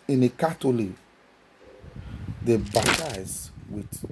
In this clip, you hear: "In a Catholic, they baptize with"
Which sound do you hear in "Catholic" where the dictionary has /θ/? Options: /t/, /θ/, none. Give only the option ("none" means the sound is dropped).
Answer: /t/